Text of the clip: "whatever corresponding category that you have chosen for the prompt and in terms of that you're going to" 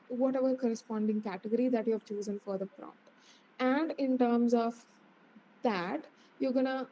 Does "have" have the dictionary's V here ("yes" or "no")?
yes